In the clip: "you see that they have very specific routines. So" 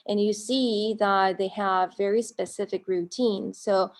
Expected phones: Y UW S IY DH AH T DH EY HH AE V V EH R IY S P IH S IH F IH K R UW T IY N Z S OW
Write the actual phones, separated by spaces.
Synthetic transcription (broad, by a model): Y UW S IY DH AH T DH EY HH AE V V EH R IY S P IH S IH F IH K R UW T IY N Z S OW